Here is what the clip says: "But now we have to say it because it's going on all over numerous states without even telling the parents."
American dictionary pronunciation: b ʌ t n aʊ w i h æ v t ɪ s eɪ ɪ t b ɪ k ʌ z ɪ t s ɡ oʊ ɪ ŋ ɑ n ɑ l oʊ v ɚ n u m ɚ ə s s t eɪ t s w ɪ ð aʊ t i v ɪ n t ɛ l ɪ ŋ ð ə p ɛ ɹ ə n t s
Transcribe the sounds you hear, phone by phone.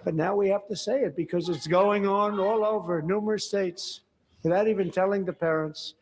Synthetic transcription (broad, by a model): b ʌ t n aʊ w i h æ f t ɪ s eɪ ɪ t b ɪ k ʌ z ɪ t s ɡ oʊ ɪ ŋ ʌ n ɑ l oʊ v ɚ n u m ɚ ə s s t eɪ t s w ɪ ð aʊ t i v ɪ n t ɛ l ɪ ŋ ð ə p ɛ ɹ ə n t s